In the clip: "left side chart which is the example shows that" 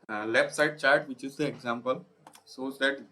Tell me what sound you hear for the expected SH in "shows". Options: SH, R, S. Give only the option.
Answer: S